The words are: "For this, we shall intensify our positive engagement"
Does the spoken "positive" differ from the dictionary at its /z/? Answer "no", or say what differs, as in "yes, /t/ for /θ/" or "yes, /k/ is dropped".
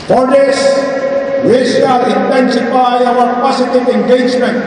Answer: yes, /s/ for /z/